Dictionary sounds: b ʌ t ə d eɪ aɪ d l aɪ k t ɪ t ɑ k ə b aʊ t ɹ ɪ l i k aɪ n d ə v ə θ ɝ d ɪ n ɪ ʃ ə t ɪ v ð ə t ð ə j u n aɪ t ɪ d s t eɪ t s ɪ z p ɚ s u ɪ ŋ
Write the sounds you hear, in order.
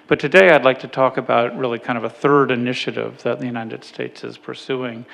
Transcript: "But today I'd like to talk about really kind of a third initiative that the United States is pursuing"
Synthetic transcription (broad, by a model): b ʌ t ə d eɪ aɪ d l aɪ k t ɪ t ɑ k ə b aʊ t ɹ ɪ l i k aɪ n d ə v ə θ ɝ d ɪ n ɪ ʃ ə t ɪ v ð ə t ð ə j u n aɪ t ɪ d s t eɪ t s ɪ z p ɚ s u ɪ ŋ